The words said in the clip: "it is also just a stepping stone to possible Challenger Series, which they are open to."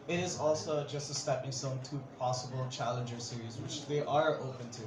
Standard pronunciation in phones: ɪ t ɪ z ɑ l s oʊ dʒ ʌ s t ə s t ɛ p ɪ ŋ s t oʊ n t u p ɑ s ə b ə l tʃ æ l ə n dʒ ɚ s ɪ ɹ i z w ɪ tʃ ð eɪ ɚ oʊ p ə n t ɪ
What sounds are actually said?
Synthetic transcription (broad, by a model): ɪ t ɪ z ɑ l s oʊ dʒ ʌ s t ə s t ɛ p ɪ ŋ s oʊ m t u p ɑ s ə b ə l tʃ æ l ə n dʒ ɚ s ɪ ɹ i z w ɪ tʃ ð eɪ ɚ oʊ p ə n t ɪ